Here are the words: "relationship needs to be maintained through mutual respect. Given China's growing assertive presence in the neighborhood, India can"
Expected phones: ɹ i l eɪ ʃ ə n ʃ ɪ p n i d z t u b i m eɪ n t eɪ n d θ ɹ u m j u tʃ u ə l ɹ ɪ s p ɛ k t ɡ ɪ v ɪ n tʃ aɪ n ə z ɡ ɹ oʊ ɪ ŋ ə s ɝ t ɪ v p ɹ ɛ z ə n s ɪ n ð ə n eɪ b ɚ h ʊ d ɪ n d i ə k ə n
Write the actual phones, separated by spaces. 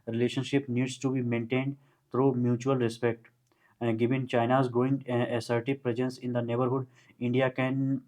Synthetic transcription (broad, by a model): ɹ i l eɪ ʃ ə n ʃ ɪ p n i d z t u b i m eɪ n t eɪ n d t ɹ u m j u tʃ u ə l ɹ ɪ s p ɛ k t ɡ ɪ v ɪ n tʃ aɪ n ə z ɡ oʊ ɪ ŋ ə s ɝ t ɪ p ɹ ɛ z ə n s ɪ n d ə n eɪ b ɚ h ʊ d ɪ n d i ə k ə n